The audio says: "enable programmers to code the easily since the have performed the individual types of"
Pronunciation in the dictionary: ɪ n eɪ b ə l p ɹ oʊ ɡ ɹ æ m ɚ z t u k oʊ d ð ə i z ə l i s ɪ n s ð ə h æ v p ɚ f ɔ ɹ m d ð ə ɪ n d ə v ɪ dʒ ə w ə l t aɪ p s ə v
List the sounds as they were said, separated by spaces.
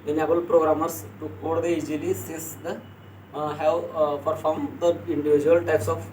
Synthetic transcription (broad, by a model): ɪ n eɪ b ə l p ɹ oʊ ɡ ɹ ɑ m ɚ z t u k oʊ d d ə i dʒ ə l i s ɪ s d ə h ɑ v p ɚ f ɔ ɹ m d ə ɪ n d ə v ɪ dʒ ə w ə l t aɪ p s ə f